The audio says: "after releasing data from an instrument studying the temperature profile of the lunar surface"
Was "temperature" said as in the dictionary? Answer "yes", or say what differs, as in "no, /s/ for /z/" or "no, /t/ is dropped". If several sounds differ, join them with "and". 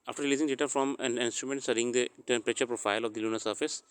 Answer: no, /m/ is dropped